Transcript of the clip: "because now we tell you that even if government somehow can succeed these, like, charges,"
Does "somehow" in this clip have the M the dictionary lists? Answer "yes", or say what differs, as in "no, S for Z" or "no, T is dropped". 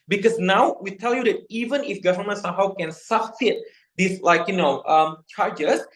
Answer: yes